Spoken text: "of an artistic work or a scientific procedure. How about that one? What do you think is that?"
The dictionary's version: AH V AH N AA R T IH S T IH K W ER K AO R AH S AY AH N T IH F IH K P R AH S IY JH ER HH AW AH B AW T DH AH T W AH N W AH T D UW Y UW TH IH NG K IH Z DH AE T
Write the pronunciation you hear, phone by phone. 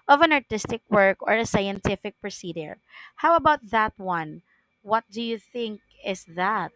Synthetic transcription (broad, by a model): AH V AH N AA R T IH S T IH K W ER K AO R AH S AY AH N T IH F IH K P R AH S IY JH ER HH AW AH B AW T DH AH T W AH N W AH T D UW Y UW TH IH NG K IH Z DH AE T